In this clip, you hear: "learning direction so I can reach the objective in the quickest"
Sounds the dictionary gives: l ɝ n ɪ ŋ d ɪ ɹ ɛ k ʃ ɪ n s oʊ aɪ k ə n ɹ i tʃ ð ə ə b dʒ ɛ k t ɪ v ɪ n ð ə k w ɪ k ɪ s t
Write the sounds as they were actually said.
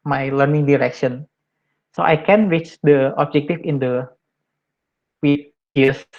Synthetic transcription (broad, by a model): l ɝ n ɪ ŋ d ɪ ɹ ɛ k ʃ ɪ n s oʊ aɪ k ə n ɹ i tʃ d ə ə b dʒ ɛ k t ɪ f ɪ n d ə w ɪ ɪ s